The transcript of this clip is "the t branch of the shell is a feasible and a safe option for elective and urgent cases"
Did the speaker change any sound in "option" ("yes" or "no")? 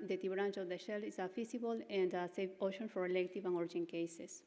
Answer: yes